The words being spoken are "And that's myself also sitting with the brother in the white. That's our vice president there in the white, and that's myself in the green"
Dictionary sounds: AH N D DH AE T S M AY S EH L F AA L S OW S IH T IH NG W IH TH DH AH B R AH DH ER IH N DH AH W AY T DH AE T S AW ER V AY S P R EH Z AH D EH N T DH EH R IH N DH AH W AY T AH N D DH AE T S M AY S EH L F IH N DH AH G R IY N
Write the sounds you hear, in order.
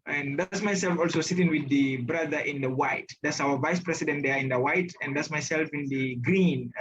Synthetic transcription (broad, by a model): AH N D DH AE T S M AY S EH L F AA L S OW S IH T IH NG W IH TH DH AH B R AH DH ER IH N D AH W AY T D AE T S AW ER V AY S P R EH S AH D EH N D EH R IH N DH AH W AY T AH N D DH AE T S M AY S EH L F IH N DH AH G R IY N